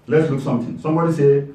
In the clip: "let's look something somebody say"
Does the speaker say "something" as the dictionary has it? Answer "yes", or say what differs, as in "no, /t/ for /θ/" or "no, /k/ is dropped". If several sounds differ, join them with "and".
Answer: no, /t/ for /θ/